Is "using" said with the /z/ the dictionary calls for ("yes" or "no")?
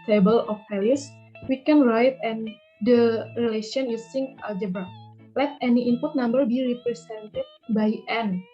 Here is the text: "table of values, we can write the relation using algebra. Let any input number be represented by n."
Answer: no